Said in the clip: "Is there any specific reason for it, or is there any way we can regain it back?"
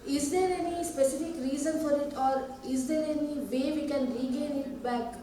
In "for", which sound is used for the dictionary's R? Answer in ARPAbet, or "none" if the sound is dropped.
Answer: R